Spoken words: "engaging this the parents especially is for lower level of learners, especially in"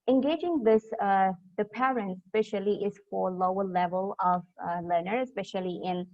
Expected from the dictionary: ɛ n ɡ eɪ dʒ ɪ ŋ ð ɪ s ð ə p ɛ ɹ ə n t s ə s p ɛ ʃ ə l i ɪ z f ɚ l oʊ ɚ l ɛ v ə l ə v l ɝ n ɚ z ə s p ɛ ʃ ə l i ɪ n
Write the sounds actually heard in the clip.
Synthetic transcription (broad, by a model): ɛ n ɡ eɪ dʒ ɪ ŋ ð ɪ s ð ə p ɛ ɹ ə n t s s p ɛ ʃ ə l i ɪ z f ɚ l oʊ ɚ l ɛ v ə l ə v l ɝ n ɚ ə s p ɛ ʃ ə l i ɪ n